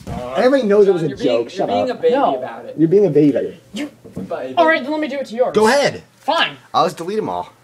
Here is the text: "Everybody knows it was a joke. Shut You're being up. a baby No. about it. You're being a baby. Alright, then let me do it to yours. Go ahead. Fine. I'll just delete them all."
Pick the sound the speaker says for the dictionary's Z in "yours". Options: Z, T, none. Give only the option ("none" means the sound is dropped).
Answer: none